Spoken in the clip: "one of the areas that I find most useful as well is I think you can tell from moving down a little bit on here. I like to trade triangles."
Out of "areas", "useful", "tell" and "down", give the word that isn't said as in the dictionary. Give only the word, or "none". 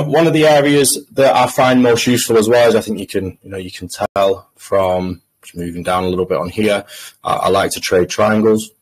none